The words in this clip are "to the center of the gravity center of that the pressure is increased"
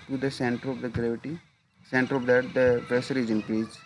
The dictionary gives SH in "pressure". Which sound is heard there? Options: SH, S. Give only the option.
S